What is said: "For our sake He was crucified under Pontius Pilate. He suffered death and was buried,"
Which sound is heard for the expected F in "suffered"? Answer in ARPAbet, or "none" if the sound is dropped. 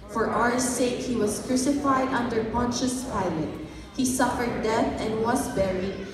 F